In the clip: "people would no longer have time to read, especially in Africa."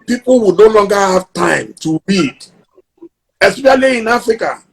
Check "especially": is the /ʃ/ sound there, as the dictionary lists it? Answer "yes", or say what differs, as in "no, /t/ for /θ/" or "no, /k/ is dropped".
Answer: no, /ʃ/ is dropped